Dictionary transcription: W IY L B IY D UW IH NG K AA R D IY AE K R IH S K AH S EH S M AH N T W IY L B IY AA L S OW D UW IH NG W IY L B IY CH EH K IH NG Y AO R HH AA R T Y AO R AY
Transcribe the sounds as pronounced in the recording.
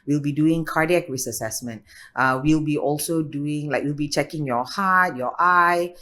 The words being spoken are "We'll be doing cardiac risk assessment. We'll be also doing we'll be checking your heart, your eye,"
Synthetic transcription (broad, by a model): W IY L B IY D UW IH NG K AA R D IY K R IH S AH S EH S M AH N T W IY L B IY AA L S OW D UW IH NG W IY L B IY CH EH K IH NG Y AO HH AA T Y AO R AY